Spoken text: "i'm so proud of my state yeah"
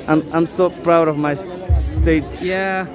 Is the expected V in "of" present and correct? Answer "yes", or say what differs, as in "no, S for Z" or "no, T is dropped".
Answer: yes